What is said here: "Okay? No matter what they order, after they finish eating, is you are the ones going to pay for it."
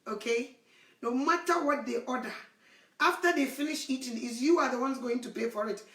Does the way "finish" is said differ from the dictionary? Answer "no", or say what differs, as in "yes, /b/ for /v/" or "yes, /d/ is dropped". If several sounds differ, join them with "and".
no